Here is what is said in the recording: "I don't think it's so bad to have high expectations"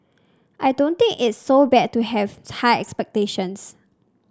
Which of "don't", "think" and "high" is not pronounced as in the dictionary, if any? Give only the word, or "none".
think